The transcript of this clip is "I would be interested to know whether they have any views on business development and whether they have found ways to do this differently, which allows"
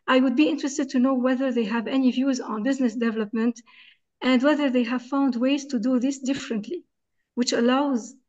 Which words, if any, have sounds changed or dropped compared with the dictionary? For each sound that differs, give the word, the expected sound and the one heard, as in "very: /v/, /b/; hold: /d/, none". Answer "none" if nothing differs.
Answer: none